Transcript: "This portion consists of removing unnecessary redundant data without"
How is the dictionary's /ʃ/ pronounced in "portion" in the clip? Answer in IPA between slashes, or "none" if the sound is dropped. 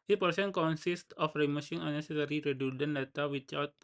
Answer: /s/